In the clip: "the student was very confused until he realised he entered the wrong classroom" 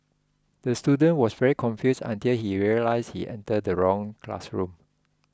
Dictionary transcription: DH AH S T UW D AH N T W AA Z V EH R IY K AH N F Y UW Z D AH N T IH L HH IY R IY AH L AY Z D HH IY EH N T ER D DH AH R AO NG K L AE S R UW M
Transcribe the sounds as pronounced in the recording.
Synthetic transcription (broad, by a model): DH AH S T UW D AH N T W AA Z V EH R IY K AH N F Y UW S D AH N T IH L HH IY R IY AH L AY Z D HH IY EH N T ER D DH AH R AO NG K L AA S R UW M